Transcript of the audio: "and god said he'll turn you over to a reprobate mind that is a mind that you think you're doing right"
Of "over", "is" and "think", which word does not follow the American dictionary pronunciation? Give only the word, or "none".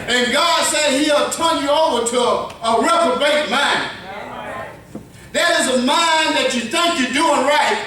none